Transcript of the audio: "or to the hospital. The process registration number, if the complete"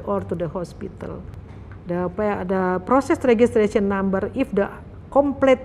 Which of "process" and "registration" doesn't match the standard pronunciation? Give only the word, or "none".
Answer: registration